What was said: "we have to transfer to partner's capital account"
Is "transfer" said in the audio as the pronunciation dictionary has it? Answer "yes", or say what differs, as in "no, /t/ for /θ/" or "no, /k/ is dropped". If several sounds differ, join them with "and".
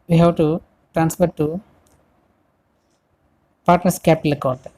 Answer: no, /p/ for /f/